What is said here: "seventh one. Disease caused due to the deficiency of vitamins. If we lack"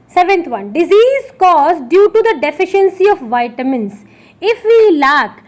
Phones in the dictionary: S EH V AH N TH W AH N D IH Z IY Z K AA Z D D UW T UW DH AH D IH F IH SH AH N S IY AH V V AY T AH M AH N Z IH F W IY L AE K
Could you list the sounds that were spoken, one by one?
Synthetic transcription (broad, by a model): S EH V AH N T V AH N D IH Z IY Z K AA Z D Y UW T UW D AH D IH F IH SH AH N S IY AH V V AY T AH M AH N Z IH F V IY L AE K